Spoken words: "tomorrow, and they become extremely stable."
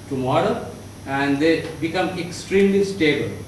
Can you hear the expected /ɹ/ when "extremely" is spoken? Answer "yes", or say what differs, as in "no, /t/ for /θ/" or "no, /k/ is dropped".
yes